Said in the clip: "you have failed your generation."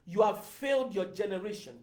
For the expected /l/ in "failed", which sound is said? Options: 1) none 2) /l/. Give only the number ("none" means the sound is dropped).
2